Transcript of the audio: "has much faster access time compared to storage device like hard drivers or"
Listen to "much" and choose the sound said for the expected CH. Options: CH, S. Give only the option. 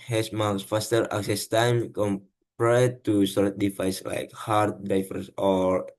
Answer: S